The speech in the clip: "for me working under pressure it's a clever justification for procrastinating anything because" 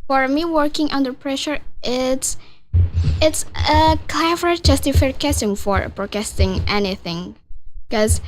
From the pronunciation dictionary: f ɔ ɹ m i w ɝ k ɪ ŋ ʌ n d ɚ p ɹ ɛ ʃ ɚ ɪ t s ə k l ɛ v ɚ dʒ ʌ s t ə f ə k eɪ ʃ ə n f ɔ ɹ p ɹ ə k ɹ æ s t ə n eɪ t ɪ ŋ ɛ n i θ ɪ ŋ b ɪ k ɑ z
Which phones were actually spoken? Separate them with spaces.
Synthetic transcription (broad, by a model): f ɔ ɹ m i w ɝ k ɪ ŋ ʌ n d ɚ p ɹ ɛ ʃ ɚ ɪ t s ə k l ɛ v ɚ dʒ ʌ s t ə f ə k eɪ s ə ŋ f ɔ ɹ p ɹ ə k æ s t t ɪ ŋ ɛ n i θ ɪ ŋ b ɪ k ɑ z